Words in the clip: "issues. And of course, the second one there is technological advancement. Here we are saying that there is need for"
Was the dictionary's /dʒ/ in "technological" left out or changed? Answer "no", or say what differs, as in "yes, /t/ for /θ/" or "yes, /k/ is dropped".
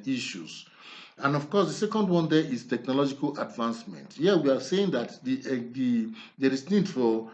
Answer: no